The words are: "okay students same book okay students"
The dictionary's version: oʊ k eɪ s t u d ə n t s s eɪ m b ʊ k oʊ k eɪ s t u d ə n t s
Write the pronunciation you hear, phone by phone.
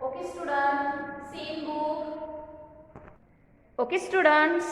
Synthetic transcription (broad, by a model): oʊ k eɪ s t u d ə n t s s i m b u oʊ k eɪ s t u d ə n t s